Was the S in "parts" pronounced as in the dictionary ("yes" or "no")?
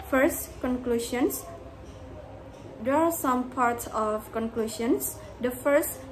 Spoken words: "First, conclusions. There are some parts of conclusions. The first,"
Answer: yes